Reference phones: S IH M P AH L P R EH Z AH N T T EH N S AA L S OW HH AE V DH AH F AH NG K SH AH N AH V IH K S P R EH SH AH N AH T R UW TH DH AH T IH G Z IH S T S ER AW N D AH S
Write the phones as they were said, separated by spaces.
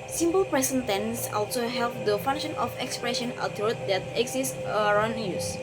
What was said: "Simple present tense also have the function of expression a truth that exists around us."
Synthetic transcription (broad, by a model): S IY M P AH L P R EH S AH N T T EH N S AA L S OW HH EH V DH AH F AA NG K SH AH N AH F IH K S P R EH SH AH N AH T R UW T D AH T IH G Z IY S S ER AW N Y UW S